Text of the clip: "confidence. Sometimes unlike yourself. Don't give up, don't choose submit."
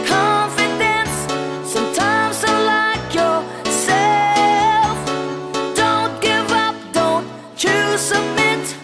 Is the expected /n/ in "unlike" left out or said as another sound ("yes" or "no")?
yes